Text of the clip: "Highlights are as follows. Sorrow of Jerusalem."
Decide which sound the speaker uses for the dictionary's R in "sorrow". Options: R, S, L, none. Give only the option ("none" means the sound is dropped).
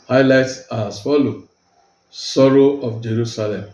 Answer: R